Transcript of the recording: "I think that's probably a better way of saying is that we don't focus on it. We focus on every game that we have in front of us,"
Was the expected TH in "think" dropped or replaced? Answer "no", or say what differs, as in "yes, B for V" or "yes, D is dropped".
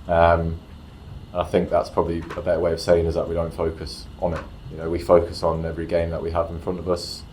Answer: no